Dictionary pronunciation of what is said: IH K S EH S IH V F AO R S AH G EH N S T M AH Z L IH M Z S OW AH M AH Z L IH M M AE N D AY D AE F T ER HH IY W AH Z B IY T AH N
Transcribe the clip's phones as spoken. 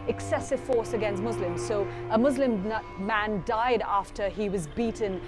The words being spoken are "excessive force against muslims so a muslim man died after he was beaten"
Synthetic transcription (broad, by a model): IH K S EH S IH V F AO R S AH G EH N S T M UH Z L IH M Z S OW AH M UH Z L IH M M AE N D AY D AE F T ER IY W AH Z B IY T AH N